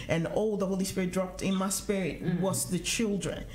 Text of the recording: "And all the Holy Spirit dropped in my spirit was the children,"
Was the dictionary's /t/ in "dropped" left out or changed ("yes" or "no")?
no